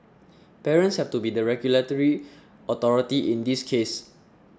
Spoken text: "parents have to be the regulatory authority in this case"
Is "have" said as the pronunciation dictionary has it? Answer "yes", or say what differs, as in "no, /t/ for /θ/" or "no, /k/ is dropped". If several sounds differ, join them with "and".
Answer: no, /f/ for /v/